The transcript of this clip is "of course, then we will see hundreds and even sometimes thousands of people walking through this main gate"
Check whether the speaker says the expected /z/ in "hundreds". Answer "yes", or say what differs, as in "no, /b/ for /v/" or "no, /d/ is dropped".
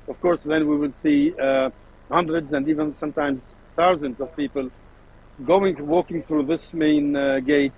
yes